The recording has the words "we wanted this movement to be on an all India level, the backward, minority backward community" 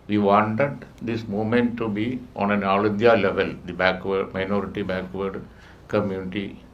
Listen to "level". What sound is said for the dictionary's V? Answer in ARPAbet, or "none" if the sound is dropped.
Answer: V